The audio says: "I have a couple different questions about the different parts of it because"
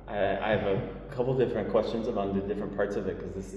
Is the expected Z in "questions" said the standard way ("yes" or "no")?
yes